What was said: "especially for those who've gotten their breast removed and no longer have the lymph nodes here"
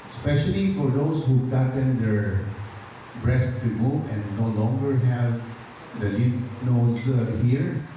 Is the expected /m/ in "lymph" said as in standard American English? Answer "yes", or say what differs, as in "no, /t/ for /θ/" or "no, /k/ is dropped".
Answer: no, /m/ is dropped